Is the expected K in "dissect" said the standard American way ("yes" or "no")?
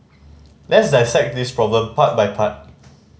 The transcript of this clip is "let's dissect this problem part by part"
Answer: yes